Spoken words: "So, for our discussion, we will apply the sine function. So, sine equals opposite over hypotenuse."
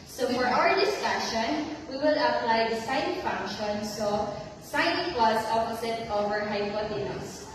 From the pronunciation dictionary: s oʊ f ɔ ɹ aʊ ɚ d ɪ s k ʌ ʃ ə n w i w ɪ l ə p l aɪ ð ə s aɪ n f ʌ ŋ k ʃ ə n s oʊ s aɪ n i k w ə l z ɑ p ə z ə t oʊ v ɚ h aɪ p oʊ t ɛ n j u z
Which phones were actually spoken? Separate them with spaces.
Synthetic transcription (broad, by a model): s oʊ f ɔ ɹ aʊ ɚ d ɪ s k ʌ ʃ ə n w i w ɪ l ə p l aɪ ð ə s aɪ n f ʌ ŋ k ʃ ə n s oʊ s aɪ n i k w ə z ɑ p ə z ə t oʊ v ɚ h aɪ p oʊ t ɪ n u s